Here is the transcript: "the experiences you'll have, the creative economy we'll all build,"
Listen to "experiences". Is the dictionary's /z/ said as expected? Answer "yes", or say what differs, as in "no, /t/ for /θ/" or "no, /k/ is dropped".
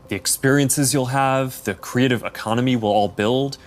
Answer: yes